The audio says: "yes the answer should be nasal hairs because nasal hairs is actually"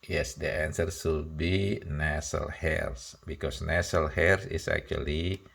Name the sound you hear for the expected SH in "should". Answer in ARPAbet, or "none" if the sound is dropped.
S